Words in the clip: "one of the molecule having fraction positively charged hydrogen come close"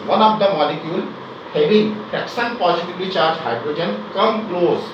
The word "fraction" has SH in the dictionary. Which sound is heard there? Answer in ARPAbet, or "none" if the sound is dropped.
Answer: S